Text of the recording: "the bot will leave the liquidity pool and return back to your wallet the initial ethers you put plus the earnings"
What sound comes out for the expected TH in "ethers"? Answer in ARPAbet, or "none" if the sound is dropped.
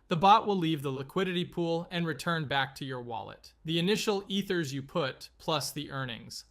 TH